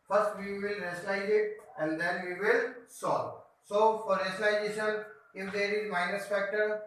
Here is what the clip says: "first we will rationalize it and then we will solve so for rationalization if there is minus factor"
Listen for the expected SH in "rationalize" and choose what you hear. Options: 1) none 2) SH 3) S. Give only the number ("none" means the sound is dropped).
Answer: 3